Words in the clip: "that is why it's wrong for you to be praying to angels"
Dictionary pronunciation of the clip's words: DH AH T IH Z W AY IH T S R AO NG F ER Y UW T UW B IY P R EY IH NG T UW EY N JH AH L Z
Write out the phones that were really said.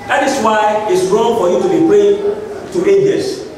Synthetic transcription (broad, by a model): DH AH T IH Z W AY IH T S R AO NG F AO Y UW T UW B IY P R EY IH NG T UW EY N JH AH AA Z